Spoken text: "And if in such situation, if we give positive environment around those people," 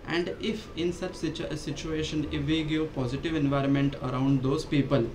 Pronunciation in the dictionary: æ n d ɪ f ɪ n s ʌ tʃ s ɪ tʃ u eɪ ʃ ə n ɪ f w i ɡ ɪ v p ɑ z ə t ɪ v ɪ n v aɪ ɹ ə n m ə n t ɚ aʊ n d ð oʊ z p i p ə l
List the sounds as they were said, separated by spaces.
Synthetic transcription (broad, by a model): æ n d ɪ f ɪ n s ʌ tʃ s ɪ tʃ u eɪ ʃ ə n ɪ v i ɡ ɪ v p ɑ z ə t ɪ v ɪ n v aɪ ɹ ə n m ə n t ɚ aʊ n d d oʊ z p i p ə l